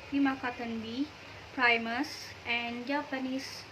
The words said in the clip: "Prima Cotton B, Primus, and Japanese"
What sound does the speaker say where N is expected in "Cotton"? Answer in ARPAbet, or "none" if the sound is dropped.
N